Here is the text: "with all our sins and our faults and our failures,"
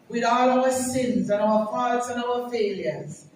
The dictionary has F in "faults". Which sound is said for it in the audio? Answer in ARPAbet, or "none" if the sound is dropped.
P